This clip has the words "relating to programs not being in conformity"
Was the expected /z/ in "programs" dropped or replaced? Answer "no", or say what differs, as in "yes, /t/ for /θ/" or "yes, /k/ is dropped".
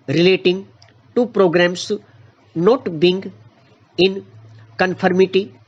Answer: yes, /s/ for /z/